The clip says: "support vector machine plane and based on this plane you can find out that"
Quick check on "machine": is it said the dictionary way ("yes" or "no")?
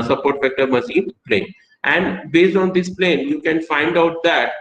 no